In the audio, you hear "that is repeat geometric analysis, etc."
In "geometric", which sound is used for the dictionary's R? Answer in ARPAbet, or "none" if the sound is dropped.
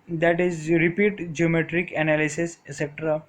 R